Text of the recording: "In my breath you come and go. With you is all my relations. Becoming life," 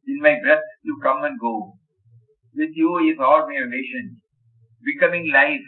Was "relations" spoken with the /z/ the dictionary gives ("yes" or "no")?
no